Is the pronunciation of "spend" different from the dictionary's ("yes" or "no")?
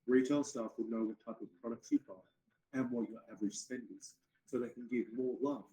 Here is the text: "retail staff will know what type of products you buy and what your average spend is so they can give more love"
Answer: no